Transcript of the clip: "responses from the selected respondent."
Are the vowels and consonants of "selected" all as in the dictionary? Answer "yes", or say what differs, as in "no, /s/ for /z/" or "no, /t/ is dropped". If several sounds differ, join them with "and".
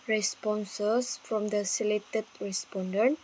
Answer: no, /k/ is dropped